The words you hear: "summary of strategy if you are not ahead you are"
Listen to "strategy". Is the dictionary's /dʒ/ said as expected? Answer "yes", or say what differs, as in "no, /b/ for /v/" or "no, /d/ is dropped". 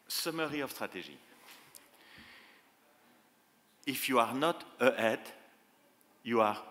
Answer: no, /ʒ/ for /dʒ/